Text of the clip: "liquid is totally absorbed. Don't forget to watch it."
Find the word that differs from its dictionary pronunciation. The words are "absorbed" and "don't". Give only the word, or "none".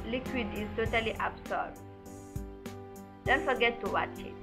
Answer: absorbed